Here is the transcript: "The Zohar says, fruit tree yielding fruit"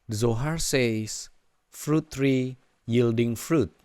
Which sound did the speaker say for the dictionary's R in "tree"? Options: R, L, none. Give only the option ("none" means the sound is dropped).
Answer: R